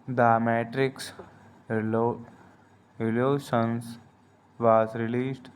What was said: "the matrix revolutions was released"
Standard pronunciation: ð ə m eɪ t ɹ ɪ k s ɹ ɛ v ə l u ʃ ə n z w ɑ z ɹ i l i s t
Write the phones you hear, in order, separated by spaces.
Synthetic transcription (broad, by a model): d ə m eɪ t ɹ ɪ k s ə l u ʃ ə n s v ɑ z ɹ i l i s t